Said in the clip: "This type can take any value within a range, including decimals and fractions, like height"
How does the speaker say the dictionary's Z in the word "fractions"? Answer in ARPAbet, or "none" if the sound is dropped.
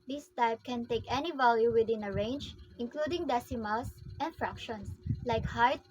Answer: S